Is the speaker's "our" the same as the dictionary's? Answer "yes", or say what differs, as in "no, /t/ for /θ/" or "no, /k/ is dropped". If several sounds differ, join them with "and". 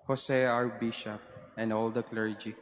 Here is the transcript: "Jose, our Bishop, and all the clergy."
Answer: yes